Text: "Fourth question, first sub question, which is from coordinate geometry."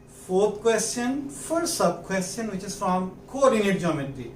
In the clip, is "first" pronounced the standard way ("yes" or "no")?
no